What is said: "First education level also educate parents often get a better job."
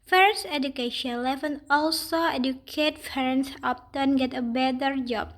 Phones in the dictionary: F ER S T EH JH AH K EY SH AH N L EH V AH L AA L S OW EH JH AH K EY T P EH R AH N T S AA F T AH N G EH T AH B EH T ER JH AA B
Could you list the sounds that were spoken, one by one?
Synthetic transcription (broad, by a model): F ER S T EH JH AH K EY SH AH N L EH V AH N AA L S OW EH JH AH K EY T F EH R N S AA P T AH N G EH T AH B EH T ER JH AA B